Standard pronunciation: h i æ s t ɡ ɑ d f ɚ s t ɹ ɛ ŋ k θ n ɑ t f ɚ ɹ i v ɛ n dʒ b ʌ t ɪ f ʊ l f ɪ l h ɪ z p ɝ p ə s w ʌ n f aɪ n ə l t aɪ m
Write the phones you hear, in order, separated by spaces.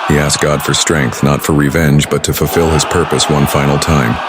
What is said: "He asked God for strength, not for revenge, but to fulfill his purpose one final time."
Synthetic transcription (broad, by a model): h i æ s ɡ ɑ d f ɚ s t ɹ ɛ ŋ k θ n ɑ t f ɚ ɹ i v ɛ n dʒ b ʌ t ɪ f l f ɪ l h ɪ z p ɝ p ə s w ʌ n f aɪ n l t aɪ m